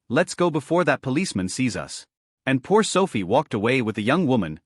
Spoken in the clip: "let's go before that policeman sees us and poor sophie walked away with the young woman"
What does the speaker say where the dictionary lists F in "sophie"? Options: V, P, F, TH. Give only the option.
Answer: F